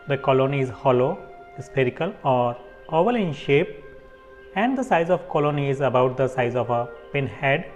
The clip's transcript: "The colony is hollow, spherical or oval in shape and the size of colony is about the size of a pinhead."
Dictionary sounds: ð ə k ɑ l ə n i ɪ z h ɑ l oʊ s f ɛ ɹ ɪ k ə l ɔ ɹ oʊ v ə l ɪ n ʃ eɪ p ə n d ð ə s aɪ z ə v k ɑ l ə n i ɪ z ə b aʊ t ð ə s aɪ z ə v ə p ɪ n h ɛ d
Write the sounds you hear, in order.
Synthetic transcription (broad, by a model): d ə k ɑ l ə n i ɪ z h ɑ l oʊ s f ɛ ɹ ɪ k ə l ɔ ɹ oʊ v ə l ɪ n ʃ eɪ p ə n d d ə s aɪ z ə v k ɑ l ə n i ɪ z ə b aʊ t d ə s aɪ z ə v ə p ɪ n h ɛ d